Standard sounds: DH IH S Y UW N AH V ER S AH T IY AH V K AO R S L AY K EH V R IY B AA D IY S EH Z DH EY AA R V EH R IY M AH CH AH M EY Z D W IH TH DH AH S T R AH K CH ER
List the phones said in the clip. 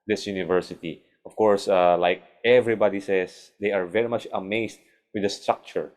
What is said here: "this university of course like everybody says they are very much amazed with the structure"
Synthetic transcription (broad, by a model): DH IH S Y UW N AH V ER S AH T IY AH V K AO R S L AY K EH V R IY B AA D IY S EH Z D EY AA R V EH R IY M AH CH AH M EY S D W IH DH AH S T R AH K CH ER